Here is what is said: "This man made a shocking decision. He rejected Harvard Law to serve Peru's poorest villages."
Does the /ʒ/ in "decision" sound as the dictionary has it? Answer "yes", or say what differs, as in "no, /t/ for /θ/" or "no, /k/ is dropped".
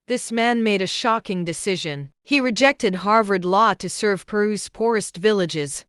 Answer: yes